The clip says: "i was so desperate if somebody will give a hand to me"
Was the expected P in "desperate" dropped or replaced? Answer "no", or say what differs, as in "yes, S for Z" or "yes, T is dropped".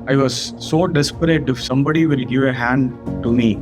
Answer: no